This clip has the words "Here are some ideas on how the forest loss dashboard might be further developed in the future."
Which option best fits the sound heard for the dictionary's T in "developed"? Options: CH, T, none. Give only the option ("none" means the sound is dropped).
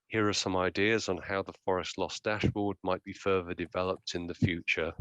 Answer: T